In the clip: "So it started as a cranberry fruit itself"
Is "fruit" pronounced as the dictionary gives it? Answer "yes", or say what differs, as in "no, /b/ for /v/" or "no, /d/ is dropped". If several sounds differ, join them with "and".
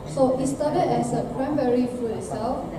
no, /ɹ/ is dropped